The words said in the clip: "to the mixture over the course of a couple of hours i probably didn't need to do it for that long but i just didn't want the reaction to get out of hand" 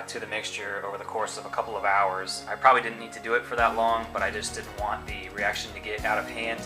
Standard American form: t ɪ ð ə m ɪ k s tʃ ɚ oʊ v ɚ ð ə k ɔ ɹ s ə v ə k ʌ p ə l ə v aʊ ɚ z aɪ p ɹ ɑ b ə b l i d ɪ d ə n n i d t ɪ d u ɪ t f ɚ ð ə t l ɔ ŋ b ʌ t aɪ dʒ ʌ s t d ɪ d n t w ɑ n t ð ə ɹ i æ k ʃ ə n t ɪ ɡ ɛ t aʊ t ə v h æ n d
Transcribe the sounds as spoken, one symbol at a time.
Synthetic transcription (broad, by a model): t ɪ ð ə m ɪ k s tʃ ɚ oʊ v ɚ ð ə k ɔ ɹ s ə v ə k ʌ p l ə v aʊ ɚ z aɪ p ɹ ɑ b ə b l i d ɪ d n n i d t ɪ d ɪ ɪ t f ɚ ð ə t l ɔ ŋ b ʌ t aɪ dʒ ʌ s d ɪ d n t w ɑ n ð ə ɹ i æ k ʃ ə n t ɪ ɡ ɛ t aʊ t ə v h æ n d